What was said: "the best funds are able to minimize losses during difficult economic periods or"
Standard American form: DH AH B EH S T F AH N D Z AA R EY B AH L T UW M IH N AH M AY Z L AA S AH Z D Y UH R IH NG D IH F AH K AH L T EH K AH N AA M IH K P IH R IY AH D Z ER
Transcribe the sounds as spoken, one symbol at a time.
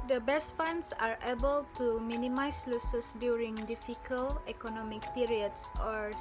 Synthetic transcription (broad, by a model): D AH B EH S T F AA N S AA R EY B AH L T UW M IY N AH M AY S L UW S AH S D Y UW R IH NG D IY F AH K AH L EH K AH N AA M IH K P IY R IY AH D S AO